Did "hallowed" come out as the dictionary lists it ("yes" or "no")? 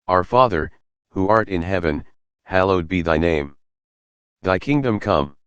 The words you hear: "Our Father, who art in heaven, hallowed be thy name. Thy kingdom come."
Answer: yes